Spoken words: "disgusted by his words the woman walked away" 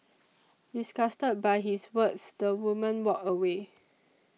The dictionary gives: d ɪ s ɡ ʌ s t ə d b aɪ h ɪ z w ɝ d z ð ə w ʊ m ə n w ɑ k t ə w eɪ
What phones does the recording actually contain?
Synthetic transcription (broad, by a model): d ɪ s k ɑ s t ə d b aɪ h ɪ s w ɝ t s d ə w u m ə n w ɑ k ə w eɪ